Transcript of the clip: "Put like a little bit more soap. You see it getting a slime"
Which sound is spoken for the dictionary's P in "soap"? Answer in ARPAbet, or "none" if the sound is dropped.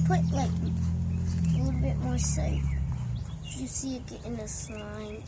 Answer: F